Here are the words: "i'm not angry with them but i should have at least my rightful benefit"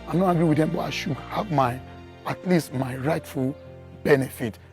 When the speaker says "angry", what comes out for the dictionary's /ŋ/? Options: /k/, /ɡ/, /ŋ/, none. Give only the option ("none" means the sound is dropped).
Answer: none